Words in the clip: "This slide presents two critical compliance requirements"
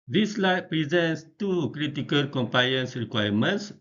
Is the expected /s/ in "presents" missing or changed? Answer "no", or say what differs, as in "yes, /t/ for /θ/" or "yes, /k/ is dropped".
no